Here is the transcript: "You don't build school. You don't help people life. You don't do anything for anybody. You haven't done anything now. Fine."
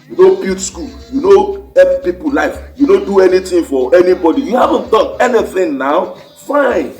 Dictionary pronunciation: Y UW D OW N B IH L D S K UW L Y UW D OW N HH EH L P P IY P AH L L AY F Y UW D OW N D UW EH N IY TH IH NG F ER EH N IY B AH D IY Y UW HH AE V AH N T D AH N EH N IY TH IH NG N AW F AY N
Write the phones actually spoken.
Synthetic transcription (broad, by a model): Y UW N OW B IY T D S K UW L Y UW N OW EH P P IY P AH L L AY F Y UW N OW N D UW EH N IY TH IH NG F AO EH N IY B AH D IY Y UW HH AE V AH N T D AH N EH N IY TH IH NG N AW F AY N